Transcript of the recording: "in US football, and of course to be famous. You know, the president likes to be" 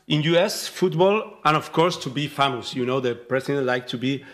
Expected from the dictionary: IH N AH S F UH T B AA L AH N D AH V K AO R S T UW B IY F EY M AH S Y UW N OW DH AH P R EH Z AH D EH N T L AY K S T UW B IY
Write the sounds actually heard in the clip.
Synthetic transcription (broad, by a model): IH N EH S F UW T B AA L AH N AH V K AO R S T UW B IY F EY M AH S Y UW N OW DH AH P R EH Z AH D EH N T L AY K T UW B IY